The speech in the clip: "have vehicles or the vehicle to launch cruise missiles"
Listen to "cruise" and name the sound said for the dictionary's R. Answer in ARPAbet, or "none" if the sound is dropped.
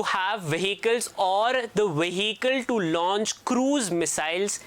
R